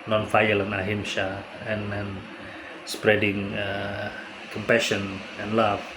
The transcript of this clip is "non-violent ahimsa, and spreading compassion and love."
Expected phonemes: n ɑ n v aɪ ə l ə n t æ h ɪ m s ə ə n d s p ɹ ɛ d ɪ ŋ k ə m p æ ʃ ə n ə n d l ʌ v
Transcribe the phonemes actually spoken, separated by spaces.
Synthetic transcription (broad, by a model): n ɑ n f aɪ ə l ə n ɑ h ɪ m ʃ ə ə n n s p ɹ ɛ d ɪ ŋ k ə m p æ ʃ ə n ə n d l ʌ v